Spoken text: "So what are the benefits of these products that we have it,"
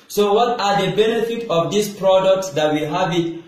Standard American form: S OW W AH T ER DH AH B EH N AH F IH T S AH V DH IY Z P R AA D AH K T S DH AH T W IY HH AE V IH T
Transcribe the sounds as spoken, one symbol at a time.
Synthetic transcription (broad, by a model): S OW W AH T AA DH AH B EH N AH F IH T AH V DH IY S P R AA D AH K T S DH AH T W IY HH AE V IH T